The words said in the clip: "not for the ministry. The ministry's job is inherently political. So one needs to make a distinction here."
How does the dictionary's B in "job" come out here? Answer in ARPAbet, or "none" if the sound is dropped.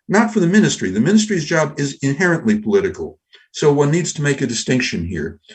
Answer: B